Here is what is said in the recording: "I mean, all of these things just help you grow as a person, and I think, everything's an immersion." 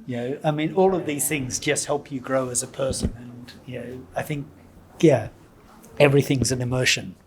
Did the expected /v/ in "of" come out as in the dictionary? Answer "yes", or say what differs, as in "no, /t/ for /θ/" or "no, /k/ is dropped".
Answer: yes